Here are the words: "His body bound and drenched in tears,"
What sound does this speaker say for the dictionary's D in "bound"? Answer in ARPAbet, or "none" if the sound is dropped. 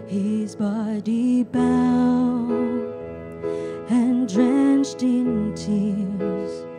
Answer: none